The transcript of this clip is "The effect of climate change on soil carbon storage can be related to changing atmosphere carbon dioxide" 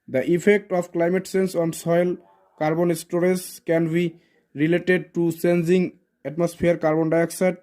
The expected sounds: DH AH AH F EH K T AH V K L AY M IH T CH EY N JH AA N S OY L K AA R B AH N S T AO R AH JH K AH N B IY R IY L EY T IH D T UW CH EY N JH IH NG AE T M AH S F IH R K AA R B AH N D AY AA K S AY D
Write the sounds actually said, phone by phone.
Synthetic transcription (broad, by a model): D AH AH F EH K T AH P K L AY M IH T S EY N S AA N S OY L K AA R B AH N S T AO R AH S K AH N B IY R IY L EY T IH D T UW S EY N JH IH NG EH T M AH S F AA R K AA R B AH N D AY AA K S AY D